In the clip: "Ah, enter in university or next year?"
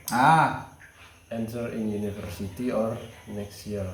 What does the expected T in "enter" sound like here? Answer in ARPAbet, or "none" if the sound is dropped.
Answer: S